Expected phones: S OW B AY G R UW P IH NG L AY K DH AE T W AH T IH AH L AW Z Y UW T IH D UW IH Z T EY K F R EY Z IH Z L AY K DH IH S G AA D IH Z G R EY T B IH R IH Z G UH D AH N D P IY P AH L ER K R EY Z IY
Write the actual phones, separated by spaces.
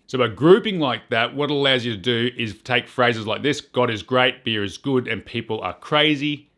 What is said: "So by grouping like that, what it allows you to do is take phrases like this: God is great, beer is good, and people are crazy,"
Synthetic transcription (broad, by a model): S OW B AY G R UW P IH NG L AY K DH AE T W AH T AH L AW Z Y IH T IH D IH IH Z T EY K F R EY Z IH Z L AY K DH IH S G AA D IH Z G R EY T B IH R IH Z G UH D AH N P IY P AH L ER K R EY Z IY